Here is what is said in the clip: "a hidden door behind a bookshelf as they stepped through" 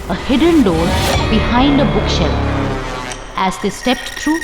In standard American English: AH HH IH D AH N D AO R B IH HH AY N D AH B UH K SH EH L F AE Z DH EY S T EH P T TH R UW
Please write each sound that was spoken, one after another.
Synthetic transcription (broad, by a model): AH HH IH D AH N D AO R B IH HH AY N D AH B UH K SH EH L AE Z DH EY S T EH P T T R UW